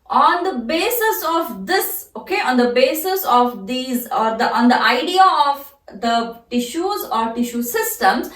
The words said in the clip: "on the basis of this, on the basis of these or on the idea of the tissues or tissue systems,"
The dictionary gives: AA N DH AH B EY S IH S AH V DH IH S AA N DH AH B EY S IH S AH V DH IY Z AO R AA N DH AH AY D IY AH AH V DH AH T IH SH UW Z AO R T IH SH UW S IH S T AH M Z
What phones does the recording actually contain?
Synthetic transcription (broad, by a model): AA N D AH B EY S IH S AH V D IH S AA N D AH B EY S IH S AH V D IY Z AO R AA N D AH AY D IY AH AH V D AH T IH SH UW Z AO R T IH SH UW S IH S T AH M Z